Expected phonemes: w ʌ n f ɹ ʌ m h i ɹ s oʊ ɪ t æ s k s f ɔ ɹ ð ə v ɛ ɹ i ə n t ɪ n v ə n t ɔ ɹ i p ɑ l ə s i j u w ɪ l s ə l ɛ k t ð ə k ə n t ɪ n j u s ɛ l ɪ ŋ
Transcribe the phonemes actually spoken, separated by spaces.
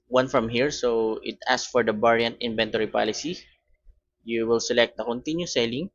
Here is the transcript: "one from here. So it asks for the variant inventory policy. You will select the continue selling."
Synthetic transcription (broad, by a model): w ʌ n f ɹ ʌ m h i ɹ s oʊ ɪ t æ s s f ɔ ɹ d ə b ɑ ɹ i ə n t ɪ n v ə n t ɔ ɹ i p ɑ l ə s i j u w ɪ l s ə l ɛ k t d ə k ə n t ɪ n j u s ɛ l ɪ ŋ